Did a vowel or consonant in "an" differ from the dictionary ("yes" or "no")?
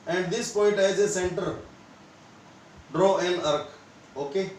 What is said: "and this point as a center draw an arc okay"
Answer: yes